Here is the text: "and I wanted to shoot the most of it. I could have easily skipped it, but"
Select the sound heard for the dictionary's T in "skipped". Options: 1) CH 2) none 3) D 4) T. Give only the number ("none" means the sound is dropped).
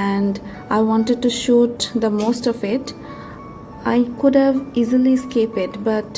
2